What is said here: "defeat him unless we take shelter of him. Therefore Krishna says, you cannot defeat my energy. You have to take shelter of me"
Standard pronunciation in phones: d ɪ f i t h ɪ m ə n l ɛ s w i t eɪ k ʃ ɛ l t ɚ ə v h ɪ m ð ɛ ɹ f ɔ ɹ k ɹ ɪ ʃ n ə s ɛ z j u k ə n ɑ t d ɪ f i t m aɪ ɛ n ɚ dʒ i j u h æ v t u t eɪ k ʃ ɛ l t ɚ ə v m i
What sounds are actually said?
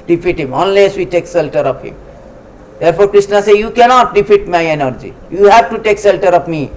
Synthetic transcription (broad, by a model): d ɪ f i t h ɪ m ə n l ɛ s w i t eɪ k s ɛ l t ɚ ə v h ɪ m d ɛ ɹ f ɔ ɹ k ɹ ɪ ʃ n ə s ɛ j u k ə n ɑ t d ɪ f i t m aɪ ɛ n ɚ dʒ i j u h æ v t u t eɪ k s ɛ l t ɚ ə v m i